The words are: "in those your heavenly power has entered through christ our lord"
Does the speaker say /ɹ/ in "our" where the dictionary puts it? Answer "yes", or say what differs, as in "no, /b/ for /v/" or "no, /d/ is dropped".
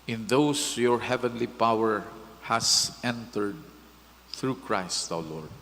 no, /w/ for /ɹ/